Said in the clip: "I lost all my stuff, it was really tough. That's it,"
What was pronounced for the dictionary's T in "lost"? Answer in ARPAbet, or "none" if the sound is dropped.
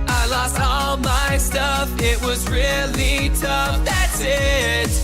T